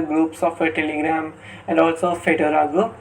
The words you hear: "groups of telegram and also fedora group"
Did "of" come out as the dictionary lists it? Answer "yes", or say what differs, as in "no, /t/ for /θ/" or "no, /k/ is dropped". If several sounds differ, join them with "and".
no, /p/ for /v/